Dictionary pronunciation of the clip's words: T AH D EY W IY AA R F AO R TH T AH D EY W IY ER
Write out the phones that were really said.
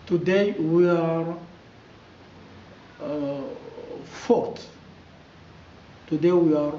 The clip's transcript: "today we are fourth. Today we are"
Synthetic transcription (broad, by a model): T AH D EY W IY AA R F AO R T T AH D EY W IY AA